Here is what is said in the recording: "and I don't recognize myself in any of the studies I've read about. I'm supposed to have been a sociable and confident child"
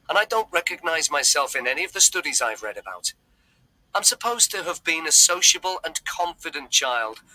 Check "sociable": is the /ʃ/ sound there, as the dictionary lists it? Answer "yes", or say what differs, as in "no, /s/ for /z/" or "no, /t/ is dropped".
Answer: yes